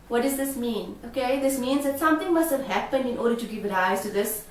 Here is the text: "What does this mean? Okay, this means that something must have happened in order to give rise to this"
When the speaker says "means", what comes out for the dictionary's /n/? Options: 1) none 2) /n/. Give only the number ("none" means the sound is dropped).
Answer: 2